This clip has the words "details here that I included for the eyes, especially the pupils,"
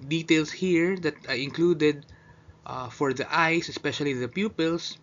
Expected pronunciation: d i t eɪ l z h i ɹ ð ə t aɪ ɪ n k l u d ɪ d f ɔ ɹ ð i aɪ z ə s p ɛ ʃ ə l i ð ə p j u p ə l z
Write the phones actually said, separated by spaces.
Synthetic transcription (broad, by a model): d i t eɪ l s h i ɹ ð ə t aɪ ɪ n k l u d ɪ d f ɔ ɹ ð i aɪ s ə s p ɛ ʃ ə l i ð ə p j u p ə l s